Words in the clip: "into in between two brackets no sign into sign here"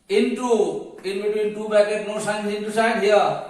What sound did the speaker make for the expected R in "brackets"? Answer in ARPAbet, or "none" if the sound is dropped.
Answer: none